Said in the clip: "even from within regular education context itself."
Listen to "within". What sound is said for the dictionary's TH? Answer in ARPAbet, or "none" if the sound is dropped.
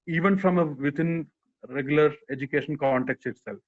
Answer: T